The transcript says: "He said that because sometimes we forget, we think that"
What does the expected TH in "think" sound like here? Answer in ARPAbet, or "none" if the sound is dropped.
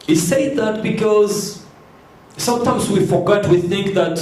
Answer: TH